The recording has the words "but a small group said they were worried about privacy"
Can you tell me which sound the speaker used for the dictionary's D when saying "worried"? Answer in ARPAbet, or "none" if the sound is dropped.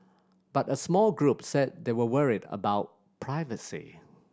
D